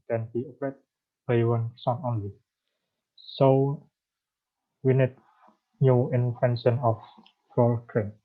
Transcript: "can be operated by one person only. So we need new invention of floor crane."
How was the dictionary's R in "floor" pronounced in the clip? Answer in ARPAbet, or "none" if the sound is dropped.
L